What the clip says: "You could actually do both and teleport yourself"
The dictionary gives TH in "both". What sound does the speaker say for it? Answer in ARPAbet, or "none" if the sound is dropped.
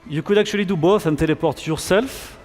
F